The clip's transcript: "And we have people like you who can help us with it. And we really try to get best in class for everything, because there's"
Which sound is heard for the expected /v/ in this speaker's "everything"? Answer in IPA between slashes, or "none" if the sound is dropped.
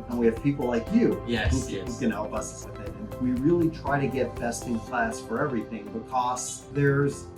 /v/